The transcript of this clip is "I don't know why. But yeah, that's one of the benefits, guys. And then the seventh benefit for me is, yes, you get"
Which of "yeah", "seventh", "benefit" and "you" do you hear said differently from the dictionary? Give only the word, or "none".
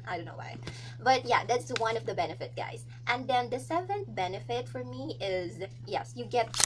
seventh